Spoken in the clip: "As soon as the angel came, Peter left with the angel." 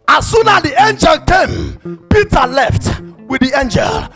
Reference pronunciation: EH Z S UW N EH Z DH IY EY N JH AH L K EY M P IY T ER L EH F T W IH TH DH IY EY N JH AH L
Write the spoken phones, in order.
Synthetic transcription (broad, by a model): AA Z S UW N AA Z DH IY EY N JH AH L K EY M P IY T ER L EH F T W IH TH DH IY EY N JH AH L